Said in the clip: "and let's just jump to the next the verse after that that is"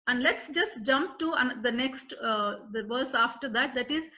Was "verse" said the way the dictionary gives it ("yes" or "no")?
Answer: yes